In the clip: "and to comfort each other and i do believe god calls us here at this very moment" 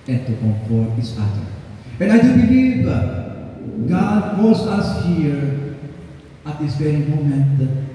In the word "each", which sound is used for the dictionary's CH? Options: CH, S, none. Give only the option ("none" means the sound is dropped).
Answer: S